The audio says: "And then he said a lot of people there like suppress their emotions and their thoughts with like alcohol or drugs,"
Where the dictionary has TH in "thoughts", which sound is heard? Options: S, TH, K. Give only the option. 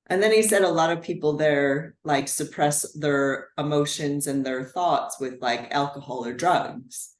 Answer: TH